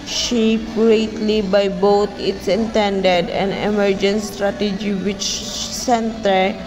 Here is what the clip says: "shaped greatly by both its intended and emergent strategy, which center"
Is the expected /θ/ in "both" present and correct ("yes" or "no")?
no